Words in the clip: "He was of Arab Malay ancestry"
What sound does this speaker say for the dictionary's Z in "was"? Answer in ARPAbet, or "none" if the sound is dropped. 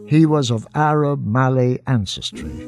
Z